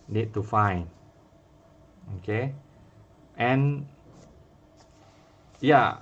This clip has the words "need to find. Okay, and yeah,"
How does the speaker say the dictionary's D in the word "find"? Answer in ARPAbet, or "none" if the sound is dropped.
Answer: none